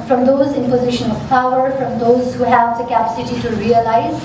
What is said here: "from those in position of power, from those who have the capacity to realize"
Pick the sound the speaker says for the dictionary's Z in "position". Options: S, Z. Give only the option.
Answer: Z